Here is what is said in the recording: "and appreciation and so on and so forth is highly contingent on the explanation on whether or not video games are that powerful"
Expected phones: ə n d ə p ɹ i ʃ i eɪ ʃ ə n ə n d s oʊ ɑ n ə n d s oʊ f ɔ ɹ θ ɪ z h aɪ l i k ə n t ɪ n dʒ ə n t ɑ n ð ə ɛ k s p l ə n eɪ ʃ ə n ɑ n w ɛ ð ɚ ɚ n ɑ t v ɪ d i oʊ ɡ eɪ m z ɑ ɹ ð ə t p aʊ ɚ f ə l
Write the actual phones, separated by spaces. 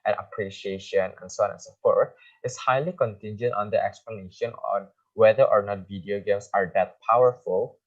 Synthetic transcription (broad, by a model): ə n ə p ɹ i ʃ i eɪ ʃ ə n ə n s oʊ ɑ n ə n s oʊ f ɔ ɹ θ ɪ s h aɪ l i k ə n t ɪ n dʒ ə n t ɑ n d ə ɛ k s p l ə n eɪ ʃ ə n ɑ n w ɛ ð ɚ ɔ n ɑ t v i d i oʊ ɡ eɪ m s ɑ ɹ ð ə t p aʊ ɚ f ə l